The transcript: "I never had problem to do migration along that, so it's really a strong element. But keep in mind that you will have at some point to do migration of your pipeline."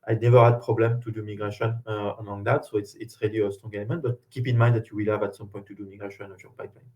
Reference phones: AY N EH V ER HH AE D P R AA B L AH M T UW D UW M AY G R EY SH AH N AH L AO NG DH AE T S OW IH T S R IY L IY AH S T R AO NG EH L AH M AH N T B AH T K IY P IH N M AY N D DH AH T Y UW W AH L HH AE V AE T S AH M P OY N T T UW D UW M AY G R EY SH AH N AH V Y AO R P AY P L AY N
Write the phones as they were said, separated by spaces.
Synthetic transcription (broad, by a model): AY N EH V ER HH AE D P R AA B L AH M T UW D UW M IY G R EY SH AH N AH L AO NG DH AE T S OW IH T S R IY L IY AH S T R AO NG EH L AH M AH N T B AH T K IY P IH N M AY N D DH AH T Y UW W AH L HH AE V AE T S AH M P OY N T T UW D UW M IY G R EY SH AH N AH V Y AO R P AY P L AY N